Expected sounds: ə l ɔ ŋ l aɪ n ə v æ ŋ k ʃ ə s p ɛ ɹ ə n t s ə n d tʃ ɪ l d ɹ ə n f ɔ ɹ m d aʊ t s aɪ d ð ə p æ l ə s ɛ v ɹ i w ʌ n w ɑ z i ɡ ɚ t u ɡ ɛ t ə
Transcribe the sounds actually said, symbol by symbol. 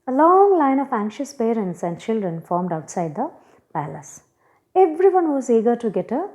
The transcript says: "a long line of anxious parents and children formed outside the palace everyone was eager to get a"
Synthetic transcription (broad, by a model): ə l ɔ ŋ l aɪ n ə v æ ŋ k ʃ ə s p ɛ ɹ ə n t s ə n d tʃ ɪ l d ɹ ə n f ɔ ɹ m d aʊ t s aɪ d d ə p æ l ə s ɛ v ɹ i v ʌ n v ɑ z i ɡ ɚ t u ɡ ɛ t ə